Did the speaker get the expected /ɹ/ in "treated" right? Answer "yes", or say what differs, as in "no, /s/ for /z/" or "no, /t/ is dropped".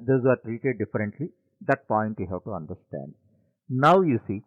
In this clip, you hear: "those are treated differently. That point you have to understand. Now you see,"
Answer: yes